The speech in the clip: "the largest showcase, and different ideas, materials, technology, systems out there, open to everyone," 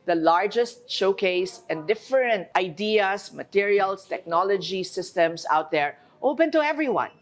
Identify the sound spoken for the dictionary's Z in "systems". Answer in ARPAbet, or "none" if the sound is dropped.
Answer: S